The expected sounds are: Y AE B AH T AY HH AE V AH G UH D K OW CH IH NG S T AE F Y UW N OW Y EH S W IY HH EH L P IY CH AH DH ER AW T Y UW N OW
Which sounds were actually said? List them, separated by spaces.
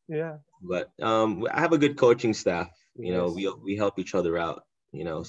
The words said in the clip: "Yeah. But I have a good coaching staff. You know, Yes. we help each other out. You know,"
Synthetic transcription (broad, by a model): Y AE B AH T AY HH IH V AH G UH D K OW CH IH NG S T AE F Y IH N OW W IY W IY HH EH L P IY CH AH DH ER AW T Y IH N OW